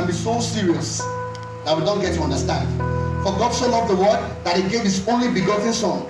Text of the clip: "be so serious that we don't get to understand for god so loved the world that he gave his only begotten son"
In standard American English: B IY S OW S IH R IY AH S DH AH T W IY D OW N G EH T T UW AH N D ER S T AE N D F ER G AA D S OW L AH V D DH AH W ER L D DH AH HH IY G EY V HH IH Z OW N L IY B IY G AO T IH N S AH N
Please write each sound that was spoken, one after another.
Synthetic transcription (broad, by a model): B IY S OW S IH R IY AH S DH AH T W IY D OW N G EH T T UW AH N D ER S T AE N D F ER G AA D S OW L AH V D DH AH W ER D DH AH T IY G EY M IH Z OW N L IY B IY G AO T IH N S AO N